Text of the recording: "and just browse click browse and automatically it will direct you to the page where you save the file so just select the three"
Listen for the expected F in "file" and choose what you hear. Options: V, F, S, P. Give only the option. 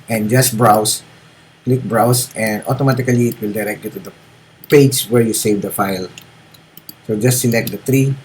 F